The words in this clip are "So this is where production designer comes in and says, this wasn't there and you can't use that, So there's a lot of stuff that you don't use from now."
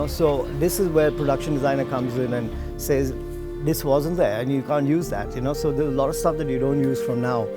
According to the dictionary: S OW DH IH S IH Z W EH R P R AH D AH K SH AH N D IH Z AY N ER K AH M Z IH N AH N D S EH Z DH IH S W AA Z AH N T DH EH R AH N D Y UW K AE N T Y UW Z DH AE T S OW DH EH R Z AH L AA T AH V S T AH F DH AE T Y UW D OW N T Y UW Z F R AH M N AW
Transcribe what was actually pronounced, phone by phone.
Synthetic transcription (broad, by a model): S OW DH IH S IH Z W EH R P R AH D AH K SH AH N D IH Z AY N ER K AH M Z IH N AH N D S EH Z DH IH S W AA Z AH N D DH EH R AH N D Y UW K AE N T Y UW Z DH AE T S OW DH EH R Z AH L AA T AH V S T AH F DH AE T Y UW D OW N T Y UW Z F R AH M N AW